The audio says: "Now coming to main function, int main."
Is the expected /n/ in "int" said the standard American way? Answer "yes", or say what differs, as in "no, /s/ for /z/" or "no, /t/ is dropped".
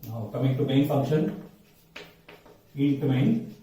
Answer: no, /n/ is dropped